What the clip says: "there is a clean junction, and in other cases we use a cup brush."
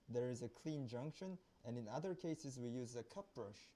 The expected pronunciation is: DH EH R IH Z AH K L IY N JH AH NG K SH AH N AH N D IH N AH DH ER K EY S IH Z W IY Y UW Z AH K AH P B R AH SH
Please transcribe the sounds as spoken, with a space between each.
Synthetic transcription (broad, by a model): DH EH R IH Z AH K L IY N JH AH NG K SH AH N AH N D IH N AH DH ER K EY S IH Z W IY Y UW Z AH K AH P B R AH SH